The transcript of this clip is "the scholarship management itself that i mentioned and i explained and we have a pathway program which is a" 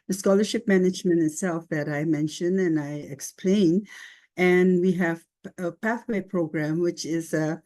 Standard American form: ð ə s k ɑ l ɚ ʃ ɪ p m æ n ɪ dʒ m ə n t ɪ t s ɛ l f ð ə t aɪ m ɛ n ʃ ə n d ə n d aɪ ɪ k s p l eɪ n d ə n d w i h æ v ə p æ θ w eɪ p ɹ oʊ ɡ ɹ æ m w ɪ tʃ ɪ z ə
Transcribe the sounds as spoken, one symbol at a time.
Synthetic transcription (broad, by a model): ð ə s k ɑ l ɚ ʃ ɪ p m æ n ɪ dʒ m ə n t ɪ t s ɛ l f ð ə t aɪ m ɛ n ʃ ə n ə n aɪ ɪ k s p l eɪ n ə n w i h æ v ə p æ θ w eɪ p ɹ oʊ ɡ ɹ æ m w ɪ tʃ ɪ z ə